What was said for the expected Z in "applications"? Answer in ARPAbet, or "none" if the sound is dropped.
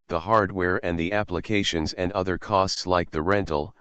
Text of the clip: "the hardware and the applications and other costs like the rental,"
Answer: Z